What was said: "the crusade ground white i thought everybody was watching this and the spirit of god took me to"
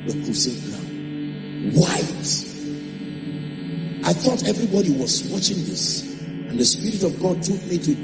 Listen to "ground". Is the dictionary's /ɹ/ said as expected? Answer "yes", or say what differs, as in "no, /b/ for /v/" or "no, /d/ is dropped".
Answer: no, /l/ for /ɹ/